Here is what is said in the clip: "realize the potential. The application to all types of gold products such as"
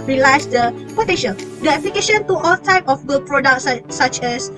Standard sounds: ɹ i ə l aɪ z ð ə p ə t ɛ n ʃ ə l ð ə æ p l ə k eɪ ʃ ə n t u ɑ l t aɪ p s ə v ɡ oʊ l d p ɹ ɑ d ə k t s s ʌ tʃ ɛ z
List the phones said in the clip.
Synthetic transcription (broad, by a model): ɹ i l aɪ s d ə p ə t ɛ ʃ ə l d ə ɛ p l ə k eɪ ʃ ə n t u ɑ l t aɪ p ə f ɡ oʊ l p ɹ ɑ d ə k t s s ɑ tʃ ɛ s